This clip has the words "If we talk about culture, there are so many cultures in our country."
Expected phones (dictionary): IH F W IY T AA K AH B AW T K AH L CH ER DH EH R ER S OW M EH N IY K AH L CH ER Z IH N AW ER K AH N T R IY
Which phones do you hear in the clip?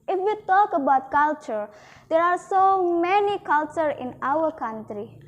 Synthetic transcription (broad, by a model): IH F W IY T AA K AH B AW T K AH L CH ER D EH R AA S OW M EH N IY K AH L CH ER IH N AW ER K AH N T R IY